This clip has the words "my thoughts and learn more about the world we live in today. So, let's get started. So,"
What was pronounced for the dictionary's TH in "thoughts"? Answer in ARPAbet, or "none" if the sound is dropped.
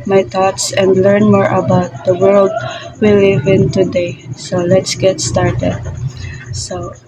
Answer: T